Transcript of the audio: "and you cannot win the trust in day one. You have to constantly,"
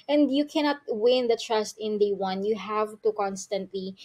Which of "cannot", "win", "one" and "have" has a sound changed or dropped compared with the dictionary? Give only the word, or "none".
none